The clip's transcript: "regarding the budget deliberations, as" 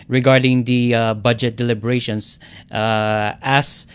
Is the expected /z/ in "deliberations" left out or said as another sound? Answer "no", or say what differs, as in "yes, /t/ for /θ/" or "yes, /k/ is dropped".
yes, /s/ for /z/